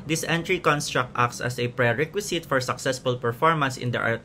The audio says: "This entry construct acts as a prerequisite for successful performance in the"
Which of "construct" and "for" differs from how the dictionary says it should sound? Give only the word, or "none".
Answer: none